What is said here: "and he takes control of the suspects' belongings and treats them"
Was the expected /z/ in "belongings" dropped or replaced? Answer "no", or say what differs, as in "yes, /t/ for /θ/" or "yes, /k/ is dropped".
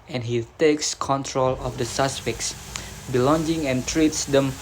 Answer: yes, /z/ is dropped